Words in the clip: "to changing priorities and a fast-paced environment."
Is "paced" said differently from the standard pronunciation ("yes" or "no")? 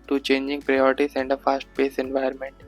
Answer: yes